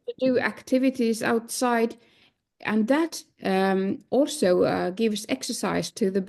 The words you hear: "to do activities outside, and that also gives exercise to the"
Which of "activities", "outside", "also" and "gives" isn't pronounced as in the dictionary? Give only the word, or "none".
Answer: none